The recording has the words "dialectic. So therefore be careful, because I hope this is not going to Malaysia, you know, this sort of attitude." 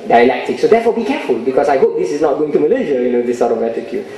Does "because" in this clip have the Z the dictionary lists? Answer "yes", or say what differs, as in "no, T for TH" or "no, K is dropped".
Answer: no, S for Z